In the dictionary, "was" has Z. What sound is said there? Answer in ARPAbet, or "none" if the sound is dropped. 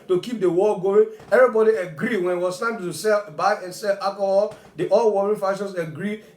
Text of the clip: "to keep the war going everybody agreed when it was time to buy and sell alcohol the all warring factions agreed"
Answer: S